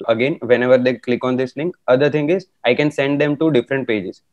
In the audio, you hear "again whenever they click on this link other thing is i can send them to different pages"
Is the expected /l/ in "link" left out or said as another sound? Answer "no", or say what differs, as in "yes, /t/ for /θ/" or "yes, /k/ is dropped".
yes, /n/ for /l/